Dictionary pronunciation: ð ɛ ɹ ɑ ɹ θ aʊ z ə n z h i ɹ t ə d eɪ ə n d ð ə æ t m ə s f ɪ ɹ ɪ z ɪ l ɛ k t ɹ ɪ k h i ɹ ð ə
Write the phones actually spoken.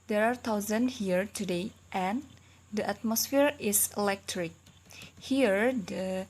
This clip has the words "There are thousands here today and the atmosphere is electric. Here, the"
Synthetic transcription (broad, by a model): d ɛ ɹ ɑ ɹ t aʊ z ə n h i ɹ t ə d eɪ ə n d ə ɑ t m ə s f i ɹ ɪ s ɪ l ɛ k t ɹ ɪ k h i ɹ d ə